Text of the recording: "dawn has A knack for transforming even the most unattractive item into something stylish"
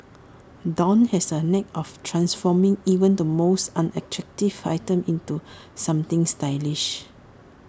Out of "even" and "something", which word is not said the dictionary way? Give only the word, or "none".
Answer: something